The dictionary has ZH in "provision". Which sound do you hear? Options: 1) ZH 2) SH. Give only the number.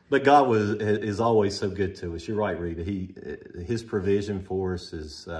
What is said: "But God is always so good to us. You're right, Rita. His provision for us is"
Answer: 1